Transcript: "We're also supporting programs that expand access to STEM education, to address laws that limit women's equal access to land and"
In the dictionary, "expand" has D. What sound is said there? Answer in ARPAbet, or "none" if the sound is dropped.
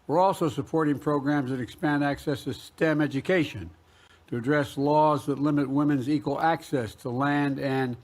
D